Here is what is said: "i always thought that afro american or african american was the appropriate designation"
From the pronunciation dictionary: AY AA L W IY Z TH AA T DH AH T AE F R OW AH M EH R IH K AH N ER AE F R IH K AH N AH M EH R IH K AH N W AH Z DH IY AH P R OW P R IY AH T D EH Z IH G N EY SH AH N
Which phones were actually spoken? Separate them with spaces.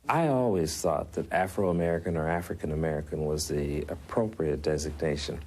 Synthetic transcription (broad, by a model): AY AA L W IY Z TH AA T DH AH T AE F R OW AH M EH R IH K AH N ER AE F R IH K AH N AH M EH R IH K AH N W AH Z DH IY AH P R OW P R IY AH T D EH Z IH G N EY SH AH N